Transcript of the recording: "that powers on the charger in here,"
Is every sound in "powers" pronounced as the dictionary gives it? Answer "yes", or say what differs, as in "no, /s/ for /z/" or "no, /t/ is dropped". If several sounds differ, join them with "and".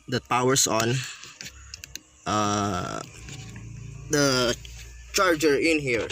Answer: no, /s/ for /z/